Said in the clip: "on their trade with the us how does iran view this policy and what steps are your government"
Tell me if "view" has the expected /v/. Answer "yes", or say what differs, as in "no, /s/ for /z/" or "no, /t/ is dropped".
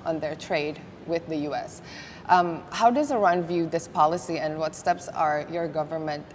yes